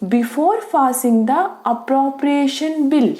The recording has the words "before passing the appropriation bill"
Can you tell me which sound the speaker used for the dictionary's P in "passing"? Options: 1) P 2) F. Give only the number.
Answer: 2